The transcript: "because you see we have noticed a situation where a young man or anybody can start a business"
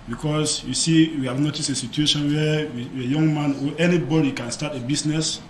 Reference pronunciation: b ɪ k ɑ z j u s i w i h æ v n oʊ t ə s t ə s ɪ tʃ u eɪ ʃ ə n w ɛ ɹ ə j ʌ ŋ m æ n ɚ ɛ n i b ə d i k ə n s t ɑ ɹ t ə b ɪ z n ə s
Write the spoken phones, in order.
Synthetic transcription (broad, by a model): b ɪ k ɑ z j u s i w i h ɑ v n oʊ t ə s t ə s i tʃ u eɪ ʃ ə n w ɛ w ə j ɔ ŋ m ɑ n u ɛ n i b ə d i k ə n s t ɑ t ə b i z n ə s